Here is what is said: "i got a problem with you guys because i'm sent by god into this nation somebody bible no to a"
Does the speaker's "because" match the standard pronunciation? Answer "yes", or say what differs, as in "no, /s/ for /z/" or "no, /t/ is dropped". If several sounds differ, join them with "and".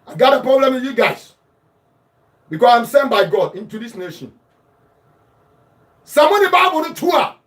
no, /s/ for /z/